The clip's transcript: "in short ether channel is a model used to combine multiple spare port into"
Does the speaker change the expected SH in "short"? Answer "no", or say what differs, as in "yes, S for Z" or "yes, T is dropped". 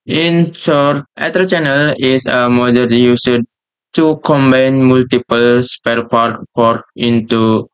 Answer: yes, S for SH